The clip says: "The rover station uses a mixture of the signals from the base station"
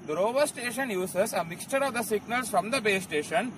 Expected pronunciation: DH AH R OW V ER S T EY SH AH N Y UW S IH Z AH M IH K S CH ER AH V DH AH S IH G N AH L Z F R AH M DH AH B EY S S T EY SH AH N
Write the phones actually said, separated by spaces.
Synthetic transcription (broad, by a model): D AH R OW V ER S T EY SH AH N Y UW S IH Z AH M IH K S CH ER AH V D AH S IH G N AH L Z F R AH M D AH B EY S S T EY SH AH N